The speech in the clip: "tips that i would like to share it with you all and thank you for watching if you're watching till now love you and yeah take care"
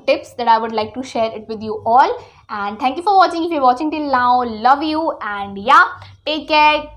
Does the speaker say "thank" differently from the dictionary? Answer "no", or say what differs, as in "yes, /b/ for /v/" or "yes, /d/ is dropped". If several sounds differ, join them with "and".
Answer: yes, /t/ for /θ/